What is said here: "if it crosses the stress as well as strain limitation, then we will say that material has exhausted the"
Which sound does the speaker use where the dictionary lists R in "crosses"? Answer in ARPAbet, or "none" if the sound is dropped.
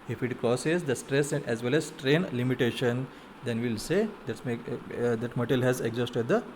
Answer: none